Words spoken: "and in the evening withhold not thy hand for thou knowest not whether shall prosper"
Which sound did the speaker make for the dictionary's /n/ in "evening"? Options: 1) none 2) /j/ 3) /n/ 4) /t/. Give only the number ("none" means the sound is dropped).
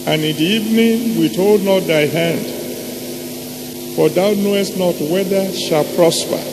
3